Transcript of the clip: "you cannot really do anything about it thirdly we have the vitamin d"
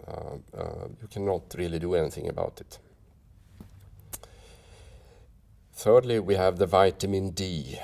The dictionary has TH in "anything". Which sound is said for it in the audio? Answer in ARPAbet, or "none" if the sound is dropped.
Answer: TH